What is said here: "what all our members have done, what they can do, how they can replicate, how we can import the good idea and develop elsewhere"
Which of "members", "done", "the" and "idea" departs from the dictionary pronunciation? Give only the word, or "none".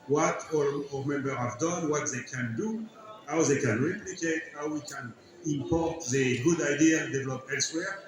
members